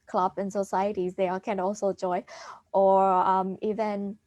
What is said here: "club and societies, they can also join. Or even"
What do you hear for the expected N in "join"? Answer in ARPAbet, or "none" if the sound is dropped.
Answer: none